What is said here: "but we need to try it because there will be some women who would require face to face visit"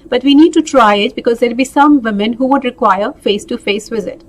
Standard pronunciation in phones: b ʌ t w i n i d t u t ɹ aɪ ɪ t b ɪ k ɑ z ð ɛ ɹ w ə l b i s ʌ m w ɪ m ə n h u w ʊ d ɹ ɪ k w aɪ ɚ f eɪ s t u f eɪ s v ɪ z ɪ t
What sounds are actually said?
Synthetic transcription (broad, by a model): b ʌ t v i n i d t u t ɹ aɪ ɪ t b ɪ k ɑ z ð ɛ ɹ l b i s ʌ m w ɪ m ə n h u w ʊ d ɹ ɪ k w aɪ ɚ f eɪ s t u f eɪ s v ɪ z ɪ t